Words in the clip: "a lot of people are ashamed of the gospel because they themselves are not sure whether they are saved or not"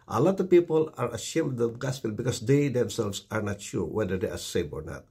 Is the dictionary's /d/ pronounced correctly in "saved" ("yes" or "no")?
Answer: no